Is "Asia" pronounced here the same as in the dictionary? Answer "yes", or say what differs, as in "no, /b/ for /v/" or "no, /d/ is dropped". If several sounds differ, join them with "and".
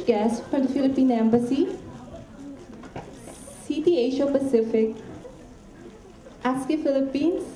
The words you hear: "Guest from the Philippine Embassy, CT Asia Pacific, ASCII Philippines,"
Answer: no, /ʃ/ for /ʒ/